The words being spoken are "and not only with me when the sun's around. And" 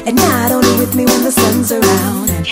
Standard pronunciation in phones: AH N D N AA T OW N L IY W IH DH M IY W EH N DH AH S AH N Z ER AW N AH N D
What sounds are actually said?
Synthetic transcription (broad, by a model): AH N N AA T OW N L IY W IH DH M IY W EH N DH AH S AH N Z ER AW AH N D